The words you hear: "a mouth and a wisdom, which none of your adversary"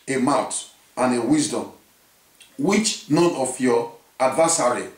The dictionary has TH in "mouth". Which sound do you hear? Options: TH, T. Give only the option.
T